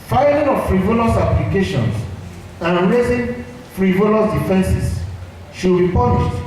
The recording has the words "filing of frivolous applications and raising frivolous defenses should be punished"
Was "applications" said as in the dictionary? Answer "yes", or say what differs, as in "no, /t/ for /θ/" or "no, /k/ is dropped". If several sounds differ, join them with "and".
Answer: no, /s/ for /z/